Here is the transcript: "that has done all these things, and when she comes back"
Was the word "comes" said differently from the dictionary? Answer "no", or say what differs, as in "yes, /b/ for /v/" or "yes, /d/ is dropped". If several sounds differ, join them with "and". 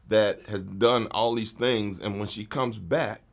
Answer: no